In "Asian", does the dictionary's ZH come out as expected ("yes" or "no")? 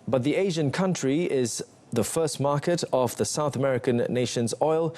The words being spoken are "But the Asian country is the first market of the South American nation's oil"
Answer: yes